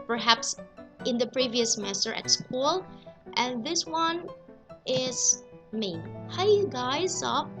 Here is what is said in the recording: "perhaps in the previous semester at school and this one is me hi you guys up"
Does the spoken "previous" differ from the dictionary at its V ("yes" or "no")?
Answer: no